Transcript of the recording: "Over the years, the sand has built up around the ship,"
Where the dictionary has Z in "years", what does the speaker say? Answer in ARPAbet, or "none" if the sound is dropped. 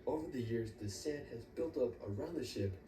Z